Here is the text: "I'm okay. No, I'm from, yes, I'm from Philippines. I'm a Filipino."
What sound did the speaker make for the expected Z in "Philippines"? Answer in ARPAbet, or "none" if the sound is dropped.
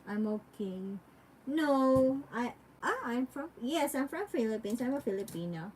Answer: S